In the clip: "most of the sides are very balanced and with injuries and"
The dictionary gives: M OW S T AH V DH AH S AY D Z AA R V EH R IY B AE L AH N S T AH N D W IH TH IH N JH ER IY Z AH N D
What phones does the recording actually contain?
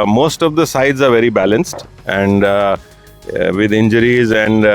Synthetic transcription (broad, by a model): M OW S T AH V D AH S AY D Z AA R V EH R IY B AE L AH N S T AH N D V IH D IH N JH ER IY Z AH N D